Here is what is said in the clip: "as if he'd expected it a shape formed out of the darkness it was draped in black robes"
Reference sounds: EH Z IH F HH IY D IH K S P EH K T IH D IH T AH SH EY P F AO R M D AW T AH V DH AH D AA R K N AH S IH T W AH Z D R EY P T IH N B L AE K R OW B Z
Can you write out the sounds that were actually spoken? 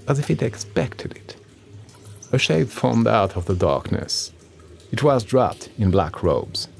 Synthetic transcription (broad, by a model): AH Z IH F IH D IH K S P EH K T IH D IH T AH SH EY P F AO R M D AW T AH V DH AH D AA R K N AH S IH T W AH Z D R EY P T IH N B L AE K R OW B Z